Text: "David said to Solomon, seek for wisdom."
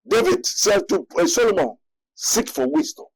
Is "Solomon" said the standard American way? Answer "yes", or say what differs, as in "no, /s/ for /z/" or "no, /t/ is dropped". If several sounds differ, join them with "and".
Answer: yes